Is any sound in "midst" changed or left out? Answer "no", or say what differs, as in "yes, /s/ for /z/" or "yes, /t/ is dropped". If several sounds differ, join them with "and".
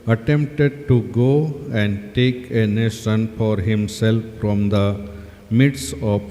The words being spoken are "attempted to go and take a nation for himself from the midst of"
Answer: yes, /t/ is dropped